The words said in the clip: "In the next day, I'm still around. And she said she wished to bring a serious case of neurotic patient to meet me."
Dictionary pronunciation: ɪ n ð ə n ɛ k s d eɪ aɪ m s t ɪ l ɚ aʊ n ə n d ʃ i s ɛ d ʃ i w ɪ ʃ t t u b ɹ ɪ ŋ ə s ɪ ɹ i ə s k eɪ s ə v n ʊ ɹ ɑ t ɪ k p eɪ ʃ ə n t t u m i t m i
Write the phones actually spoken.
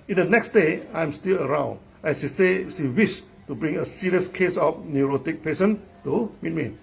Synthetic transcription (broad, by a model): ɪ n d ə n ɛ k s d eɪ aɪ m s t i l ɚ aʊ n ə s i s ɛ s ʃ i w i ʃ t t u b ɹ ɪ ŋ ə s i ɹ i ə s k eɪ s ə f n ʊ ɹ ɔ t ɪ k p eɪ s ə n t t u m i t m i